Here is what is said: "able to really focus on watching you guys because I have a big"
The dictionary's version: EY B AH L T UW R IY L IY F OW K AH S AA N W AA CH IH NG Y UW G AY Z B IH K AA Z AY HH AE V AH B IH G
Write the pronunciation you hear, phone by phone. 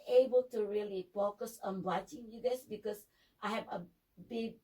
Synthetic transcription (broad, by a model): EY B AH L T UW R IY L IY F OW K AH S AA N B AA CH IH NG Y UW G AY S B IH K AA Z AY HH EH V AH B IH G